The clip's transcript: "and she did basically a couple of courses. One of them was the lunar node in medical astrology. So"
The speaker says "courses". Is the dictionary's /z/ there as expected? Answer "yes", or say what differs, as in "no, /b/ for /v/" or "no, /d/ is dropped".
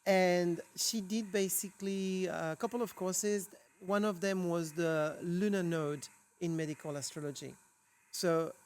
yes